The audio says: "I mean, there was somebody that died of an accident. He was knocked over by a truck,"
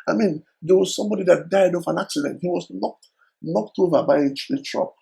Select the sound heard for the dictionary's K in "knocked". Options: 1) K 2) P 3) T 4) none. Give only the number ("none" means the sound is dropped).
1